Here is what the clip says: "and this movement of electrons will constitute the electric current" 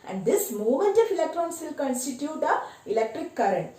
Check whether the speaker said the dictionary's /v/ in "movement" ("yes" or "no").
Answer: no